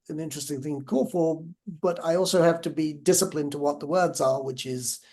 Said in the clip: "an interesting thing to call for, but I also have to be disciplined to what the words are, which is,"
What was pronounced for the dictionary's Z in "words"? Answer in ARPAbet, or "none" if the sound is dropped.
Z